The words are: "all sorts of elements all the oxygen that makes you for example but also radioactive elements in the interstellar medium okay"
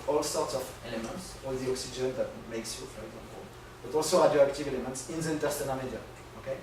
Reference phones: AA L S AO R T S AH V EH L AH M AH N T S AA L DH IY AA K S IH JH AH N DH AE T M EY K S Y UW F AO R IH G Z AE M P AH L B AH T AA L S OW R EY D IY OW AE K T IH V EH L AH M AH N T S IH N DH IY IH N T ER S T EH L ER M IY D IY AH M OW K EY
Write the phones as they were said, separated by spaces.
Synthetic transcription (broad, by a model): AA L S AO R T S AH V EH L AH M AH N T S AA DH IY AA K S IH JH AH N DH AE T M EY K S Y UW F AO R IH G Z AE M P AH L B AH T AA L S OW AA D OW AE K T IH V EH L AH M AH N T S IH N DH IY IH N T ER S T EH N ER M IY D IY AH OW K EY